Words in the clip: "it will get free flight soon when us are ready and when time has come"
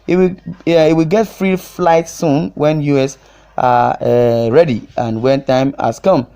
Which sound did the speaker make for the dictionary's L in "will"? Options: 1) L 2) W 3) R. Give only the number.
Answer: 2